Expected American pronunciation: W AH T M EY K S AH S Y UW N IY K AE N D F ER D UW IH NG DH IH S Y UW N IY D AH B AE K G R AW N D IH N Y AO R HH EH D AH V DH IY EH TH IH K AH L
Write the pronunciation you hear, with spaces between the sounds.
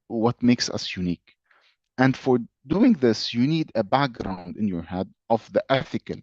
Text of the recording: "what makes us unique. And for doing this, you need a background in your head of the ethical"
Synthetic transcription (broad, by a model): W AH T M EY K S AH S Y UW N IY K AE N D F ER D UW IH NG DH IH S Y UW N IY D AH B AE K G R AW N D IH N Y AO R HH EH D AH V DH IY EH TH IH K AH L